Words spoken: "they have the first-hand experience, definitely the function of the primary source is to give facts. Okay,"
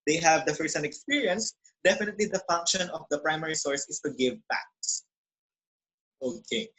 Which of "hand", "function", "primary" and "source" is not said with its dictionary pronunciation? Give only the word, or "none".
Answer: hand